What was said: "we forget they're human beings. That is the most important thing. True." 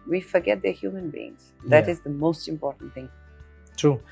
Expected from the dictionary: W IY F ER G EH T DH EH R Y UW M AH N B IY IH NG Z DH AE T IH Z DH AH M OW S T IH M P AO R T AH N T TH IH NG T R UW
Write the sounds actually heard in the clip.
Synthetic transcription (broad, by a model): W IY F ER G EH T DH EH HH Y UW M AH N B IY IH NG Z DH AE T IH Z DH AH M OW S T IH M P AO R T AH N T TH IH NG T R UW